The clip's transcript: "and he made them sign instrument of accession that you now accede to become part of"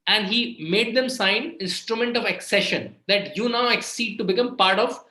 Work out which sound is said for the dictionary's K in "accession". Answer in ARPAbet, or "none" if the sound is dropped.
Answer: K